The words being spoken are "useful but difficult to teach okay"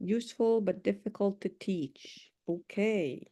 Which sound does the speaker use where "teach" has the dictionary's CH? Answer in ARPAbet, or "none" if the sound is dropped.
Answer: CH